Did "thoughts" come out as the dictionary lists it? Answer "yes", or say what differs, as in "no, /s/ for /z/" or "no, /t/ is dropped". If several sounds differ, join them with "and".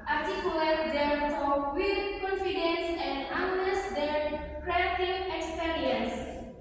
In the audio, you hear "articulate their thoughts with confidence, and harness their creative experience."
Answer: no, /f/ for /θ/